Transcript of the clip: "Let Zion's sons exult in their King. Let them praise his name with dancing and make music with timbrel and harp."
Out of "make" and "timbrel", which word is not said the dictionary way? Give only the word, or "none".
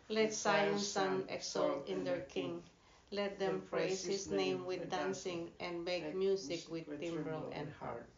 none